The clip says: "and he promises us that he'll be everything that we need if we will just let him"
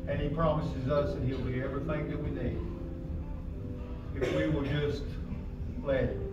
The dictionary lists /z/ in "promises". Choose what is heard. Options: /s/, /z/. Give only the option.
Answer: /z/